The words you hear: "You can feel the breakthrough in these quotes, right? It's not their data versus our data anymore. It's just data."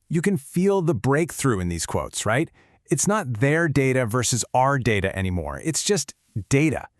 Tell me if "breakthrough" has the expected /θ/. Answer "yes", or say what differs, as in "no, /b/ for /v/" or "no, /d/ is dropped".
yes